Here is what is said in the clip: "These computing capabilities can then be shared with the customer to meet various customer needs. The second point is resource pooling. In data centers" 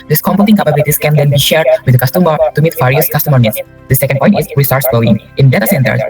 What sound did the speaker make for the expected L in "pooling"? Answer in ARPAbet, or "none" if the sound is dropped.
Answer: none